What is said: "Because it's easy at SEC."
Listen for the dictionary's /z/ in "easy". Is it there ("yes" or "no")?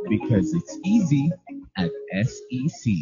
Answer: yes